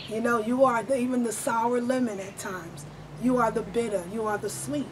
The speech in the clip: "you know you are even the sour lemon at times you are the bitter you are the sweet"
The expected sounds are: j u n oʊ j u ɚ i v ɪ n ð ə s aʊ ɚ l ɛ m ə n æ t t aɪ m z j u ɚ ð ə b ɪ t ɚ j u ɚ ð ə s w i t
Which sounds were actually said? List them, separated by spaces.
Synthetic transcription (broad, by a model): j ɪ n oʊ j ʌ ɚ i v ɪ n ð ə s aʊ ɚ l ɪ m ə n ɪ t t aɪ m z j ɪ ɚ ð ə b ɪ t ɚ j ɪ ɚ ð ə s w i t